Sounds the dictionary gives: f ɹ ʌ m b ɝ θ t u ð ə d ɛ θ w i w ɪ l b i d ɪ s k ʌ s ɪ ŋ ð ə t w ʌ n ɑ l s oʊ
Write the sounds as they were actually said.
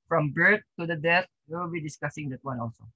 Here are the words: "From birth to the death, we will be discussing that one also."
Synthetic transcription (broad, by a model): f ɹ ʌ m b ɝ t t u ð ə d ɛ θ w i w ɪ l b i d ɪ s k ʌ s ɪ ŋ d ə t w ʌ n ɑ l s oʊ